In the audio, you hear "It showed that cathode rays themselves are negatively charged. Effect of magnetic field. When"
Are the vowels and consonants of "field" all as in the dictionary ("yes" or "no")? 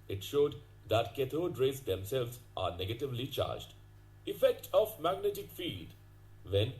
no